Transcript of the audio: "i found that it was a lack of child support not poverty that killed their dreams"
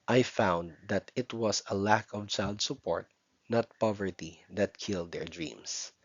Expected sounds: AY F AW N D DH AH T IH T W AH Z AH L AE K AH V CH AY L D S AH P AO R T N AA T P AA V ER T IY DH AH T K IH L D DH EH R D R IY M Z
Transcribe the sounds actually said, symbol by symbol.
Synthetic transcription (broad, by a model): AY F AW N D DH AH T IH T W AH S AH L AE K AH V CH AY L D S AH P AO R T N AA T P AA V ER T IY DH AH T K IH L D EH R D R IY M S